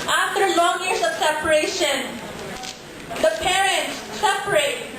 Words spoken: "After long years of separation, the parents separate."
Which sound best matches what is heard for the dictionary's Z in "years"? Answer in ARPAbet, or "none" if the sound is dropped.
S